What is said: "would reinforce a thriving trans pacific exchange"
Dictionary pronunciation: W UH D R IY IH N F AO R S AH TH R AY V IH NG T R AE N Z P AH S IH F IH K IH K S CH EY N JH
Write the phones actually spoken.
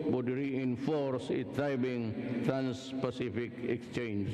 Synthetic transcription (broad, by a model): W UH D R IY IH N F AO R S AH T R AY B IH NG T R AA N S P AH S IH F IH K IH K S CH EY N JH